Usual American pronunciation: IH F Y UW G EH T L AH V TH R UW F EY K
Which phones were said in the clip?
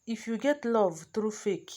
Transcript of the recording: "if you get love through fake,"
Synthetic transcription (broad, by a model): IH F Y UW G EH T L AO V T R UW F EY K